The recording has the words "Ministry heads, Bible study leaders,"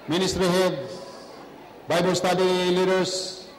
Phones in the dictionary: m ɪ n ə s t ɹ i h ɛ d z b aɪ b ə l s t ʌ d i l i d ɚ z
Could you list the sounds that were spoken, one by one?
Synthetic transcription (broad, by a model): m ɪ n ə s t ɹ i h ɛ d b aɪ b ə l s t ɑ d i l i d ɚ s